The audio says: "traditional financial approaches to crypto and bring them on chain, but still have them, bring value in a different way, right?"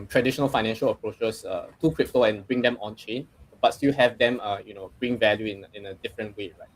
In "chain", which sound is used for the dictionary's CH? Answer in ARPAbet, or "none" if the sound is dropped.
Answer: CH